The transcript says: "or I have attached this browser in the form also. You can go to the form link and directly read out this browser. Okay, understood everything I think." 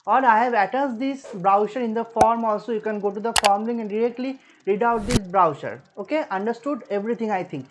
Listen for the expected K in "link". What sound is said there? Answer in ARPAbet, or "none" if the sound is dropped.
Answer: none